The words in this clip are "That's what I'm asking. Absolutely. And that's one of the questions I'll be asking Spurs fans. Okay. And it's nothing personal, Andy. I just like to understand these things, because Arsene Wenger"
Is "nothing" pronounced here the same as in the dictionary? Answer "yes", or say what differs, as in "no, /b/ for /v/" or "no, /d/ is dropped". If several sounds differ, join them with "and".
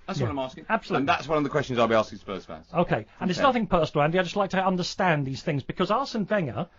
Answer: yes